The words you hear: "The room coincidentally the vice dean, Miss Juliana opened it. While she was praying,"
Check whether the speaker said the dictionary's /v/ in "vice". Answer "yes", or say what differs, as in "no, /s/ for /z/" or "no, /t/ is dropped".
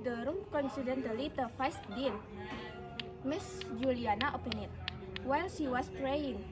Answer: no, /f/ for /v/